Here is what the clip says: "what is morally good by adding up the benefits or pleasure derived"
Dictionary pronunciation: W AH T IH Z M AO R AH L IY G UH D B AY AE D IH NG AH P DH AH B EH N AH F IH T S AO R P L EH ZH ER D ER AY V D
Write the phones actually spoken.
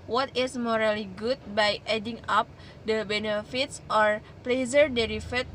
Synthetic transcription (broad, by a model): W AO T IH S M AO R AH L IY G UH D B AY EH D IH NG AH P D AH B EH N AH F IH T S AO R P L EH Z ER D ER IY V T